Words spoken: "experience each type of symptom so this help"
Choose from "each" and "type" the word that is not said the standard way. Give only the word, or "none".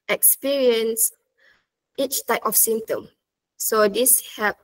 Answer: none